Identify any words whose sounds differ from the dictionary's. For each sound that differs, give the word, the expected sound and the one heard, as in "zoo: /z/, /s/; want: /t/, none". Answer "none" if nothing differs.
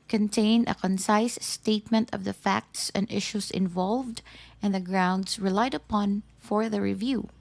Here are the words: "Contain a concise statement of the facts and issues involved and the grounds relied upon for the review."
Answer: issues: /z/, /s/; grounds: /z/, /s/